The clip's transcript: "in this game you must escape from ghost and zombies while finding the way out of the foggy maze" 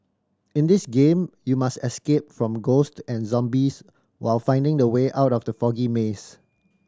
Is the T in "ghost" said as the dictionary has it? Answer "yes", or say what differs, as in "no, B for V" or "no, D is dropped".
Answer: yes